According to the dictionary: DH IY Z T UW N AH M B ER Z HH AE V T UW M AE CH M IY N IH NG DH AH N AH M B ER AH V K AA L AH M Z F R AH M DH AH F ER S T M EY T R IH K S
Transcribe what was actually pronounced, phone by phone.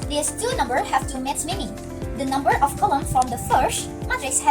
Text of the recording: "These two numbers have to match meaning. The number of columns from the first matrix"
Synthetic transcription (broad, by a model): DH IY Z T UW N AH M B ER HH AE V T UW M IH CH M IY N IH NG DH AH N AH M B ER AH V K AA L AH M F R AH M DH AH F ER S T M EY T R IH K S